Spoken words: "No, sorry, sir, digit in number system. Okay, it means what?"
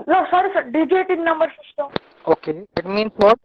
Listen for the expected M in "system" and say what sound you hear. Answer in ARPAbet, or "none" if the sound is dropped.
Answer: none